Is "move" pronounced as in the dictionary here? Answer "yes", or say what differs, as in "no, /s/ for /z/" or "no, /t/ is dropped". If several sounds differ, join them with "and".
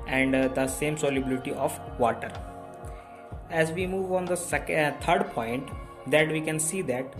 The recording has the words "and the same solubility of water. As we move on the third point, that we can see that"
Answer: yes